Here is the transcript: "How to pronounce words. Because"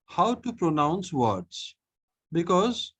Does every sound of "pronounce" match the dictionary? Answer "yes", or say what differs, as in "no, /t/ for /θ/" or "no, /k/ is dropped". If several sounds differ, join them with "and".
yes